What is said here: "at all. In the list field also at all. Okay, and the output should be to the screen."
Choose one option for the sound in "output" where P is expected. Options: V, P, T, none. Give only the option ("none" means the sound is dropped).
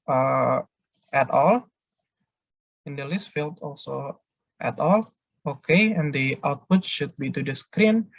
P